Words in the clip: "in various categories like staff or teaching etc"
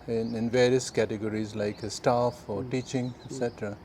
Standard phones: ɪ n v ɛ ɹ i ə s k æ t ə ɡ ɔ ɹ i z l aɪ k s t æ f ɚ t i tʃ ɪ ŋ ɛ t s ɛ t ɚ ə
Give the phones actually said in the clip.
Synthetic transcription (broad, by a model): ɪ n v ɛ ɹ i ə s k æ t ə ɡ ɔ ɹ i z l aɪ k s t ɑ f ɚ t i tʃ ɪ ŋ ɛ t s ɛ t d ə